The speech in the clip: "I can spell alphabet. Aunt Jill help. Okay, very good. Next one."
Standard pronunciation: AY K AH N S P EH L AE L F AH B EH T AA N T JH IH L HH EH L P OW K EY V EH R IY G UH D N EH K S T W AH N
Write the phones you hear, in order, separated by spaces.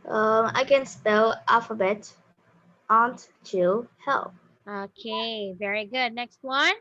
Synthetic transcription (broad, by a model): AY K AH N S P EH L AE L F AH B EH T AA N T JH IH HH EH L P OW K EY V EH R IY G UH D N EH K S T W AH N